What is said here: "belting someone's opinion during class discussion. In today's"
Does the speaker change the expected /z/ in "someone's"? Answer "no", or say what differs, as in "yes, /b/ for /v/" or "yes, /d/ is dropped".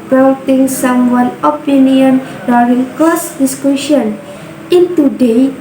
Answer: yes, /z/ is dropped